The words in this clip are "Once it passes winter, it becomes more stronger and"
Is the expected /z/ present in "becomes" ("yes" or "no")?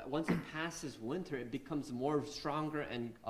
yes